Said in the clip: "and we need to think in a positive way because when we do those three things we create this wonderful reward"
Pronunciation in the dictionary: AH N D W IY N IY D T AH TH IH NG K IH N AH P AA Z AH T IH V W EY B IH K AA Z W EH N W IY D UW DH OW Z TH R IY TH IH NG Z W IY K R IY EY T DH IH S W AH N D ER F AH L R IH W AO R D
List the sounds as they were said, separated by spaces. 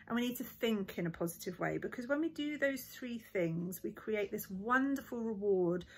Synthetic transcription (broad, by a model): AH N W IY N IY D T AH TH IH NG K IH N AH P AA Z AH T IH V W EY B IH K AA Z W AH N W IY D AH DH OW Z TH R IY TH IH NG Z W IY K R IY EY T DH IH S W AH N D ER F AH L R IH W AO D